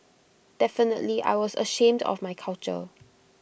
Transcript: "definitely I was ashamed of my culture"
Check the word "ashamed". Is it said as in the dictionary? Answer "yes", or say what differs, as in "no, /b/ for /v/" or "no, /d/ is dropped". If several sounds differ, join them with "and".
yes